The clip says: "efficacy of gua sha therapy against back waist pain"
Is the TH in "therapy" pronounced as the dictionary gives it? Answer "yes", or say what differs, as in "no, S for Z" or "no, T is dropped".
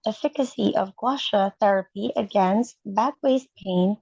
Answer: yes